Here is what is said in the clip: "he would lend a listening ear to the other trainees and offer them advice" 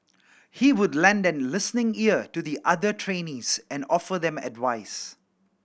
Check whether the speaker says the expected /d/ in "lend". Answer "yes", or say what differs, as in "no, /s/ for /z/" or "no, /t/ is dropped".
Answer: yes